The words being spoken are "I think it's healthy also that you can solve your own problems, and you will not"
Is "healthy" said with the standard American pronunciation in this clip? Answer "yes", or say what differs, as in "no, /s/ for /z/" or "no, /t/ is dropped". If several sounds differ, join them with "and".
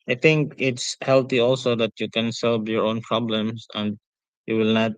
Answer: no, /t/ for /θ/